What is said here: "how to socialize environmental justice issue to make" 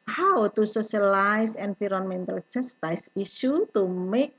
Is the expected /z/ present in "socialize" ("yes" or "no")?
no